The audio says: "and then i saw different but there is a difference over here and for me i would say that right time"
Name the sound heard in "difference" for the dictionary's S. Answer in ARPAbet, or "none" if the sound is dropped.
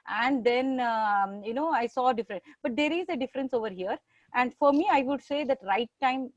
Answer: S